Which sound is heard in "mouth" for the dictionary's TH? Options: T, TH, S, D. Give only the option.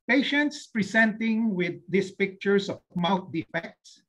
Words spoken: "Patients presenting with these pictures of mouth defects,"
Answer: T